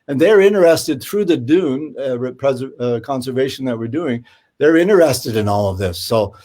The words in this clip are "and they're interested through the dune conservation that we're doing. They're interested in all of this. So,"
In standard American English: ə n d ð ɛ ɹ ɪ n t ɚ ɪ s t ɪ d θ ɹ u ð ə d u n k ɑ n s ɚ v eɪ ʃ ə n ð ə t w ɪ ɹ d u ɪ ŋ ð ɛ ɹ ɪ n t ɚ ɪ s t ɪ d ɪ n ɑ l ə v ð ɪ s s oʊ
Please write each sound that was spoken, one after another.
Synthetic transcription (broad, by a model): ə n ð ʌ ɹ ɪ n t ɚ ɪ s t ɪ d θ ɹ u ð ə d u n k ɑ n s ɚ v eɪ ʃ n ð ə t w ɪ ɹ d u ɪ ŋ ð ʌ ɹ ɪ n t ɚ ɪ s t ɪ d ɪ n ɑ l ə v ð ɪ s s oʊ